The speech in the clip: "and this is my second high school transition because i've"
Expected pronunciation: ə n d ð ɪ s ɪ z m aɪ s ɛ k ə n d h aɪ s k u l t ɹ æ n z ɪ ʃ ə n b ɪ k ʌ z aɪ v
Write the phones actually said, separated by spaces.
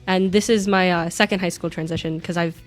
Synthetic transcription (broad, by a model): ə n ð ɪ s ɪ z m aɪ s ɛ k ə n d h aɪ s k u l t ɹ æ n z ɪ ʃ ə n k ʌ z aɪ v